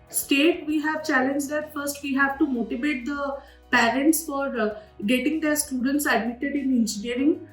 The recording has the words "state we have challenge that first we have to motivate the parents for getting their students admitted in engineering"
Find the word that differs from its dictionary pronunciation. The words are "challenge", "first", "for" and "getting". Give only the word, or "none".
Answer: none